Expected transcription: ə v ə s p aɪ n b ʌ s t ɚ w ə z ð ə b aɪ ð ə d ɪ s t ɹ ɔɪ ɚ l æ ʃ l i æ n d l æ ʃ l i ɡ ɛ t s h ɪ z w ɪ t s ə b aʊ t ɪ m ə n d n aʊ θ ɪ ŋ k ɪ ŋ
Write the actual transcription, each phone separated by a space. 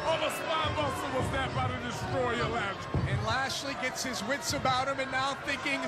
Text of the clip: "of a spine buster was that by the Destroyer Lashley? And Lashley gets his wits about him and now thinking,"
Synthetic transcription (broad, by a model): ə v ə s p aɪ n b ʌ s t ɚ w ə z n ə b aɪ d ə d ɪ s t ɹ ɔɪ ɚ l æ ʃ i n l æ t l i ɡ ɛ t s h ɪ z w ɪ t s ə b aʊ t ɪ m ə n n aʊ θ ɪ ŋ k ɪ ŋ